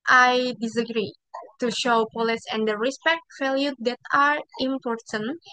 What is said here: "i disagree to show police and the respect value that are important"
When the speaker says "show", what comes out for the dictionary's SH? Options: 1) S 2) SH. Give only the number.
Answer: 2